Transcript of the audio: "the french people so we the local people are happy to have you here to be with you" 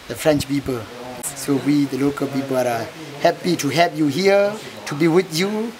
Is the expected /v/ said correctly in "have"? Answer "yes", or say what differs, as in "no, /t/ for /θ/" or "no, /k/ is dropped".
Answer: no, /p/ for /v/